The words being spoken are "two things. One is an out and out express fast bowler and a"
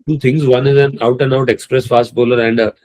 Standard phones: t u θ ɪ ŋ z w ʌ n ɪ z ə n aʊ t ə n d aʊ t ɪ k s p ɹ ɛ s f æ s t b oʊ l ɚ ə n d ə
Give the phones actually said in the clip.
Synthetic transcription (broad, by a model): t u t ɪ ŋ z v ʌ n ɪ z ə n aʊ t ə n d aʊ t ɪ k s p ɹ ɛ s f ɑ s t b oʊ l ɚ ə n d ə